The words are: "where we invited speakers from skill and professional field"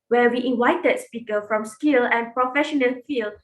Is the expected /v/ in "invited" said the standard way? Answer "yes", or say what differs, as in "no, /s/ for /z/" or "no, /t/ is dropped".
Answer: no, /w/ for /v/